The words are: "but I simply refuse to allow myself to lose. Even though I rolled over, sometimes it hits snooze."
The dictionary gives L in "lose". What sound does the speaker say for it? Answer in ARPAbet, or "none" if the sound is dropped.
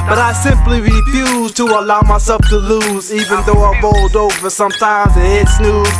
L